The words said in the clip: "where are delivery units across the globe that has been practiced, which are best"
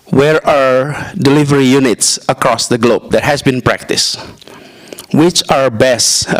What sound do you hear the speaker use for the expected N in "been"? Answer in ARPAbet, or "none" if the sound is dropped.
N